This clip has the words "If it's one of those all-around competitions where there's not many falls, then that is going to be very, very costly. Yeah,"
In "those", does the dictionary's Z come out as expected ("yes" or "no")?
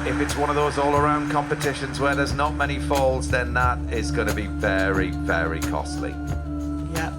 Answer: yes